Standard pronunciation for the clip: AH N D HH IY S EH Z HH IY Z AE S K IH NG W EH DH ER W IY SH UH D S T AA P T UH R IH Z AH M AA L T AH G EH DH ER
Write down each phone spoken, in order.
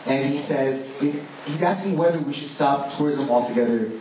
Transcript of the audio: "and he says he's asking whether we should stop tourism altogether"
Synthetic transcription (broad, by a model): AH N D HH IY S EH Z HH IY Z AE S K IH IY W EH DH ER W IY SH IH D S T AA P T UH R IH Z AH M AA L T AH G EH DH ER